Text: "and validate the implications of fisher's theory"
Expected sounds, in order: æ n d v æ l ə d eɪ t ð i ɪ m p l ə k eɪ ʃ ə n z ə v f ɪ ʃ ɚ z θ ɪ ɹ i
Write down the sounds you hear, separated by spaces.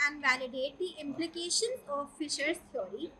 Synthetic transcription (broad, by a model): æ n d v æ l ə d eɪ t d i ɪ m p l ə k eɪ ʃ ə n ə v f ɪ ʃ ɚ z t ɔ ɹ i